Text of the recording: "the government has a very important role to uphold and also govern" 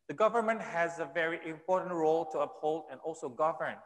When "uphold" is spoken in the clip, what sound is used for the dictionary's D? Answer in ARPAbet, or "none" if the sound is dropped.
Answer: D